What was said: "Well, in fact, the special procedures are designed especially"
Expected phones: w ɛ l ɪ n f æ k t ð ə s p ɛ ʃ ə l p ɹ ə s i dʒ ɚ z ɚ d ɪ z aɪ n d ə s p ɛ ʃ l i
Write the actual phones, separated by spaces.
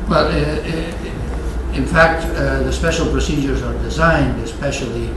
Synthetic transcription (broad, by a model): w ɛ l ɪ n f æ k t ð ə s p ɛ ʃ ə l p ɹ ə s i dʒ ɚ z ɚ d ɪ z aɪ n d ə s p ɛ ʃ l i